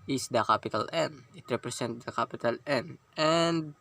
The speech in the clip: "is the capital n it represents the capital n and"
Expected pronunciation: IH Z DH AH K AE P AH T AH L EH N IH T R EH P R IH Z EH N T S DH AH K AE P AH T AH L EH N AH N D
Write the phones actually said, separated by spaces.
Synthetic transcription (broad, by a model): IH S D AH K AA P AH T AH L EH N IH T R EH P R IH S EH N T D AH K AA P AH T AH L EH N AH N D